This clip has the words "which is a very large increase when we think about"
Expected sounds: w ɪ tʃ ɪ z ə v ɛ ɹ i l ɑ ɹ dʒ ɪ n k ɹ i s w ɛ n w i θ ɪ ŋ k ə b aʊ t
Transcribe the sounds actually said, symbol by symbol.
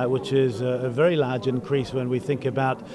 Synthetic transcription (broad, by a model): w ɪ tʃ ɪ z ə v ɛ ɹ i l ɑ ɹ dʒ ɪ n k ɹ i s w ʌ n w i θ ɪ ŋ k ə b aʊ t